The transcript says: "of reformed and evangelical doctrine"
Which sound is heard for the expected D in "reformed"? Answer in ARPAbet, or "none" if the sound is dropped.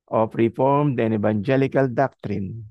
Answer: D